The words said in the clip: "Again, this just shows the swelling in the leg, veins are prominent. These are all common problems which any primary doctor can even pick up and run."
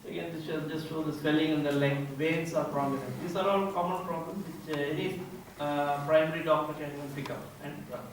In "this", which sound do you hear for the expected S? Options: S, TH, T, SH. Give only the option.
SH